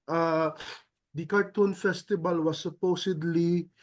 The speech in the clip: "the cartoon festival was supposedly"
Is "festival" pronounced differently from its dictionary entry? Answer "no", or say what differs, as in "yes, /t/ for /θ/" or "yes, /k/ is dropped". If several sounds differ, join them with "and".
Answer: yes, /b/ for /v/